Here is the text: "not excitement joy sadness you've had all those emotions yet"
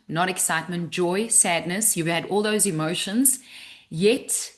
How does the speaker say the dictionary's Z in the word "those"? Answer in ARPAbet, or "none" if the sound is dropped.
Z